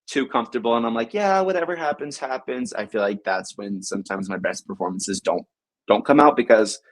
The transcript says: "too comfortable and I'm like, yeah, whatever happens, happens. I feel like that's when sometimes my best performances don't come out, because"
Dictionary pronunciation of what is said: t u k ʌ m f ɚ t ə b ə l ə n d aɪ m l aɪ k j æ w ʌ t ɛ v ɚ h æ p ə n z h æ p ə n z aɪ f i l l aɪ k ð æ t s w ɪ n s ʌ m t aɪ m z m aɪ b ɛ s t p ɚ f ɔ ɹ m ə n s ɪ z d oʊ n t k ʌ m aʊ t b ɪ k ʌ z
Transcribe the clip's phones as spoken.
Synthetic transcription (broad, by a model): t u k ʌ m f t ə b l ə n aɪ m l aɪ k j æ w ʌ t ɛ v ɚ h æ p ə n z h æ p ə n z aɪ f i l l aɪ k ð æ t s w ɪ n s ʌ m t aɪ m z m aɪ b ɛ s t p ɚ f ɔ ɹ m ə n s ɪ z d oʊ n t k ʌ m aʊ t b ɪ k ʌ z